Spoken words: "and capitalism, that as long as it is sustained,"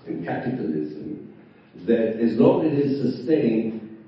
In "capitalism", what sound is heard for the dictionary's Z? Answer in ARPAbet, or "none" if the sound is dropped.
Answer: Z